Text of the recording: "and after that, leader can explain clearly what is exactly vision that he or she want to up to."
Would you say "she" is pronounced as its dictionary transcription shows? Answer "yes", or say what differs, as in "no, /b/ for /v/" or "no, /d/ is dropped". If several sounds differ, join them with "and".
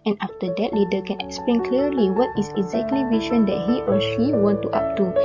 yes